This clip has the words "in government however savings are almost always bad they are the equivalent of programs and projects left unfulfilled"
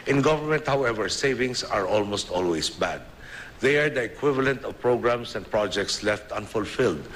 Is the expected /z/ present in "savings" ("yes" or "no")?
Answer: no